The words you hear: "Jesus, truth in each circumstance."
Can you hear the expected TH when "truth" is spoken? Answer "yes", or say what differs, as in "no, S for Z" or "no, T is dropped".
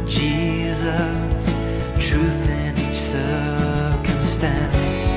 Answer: yes